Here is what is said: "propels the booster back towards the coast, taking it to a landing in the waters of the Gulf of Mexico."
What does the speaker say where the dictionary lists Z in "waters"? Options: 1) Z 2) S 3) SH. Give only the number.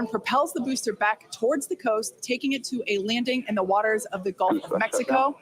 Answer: 1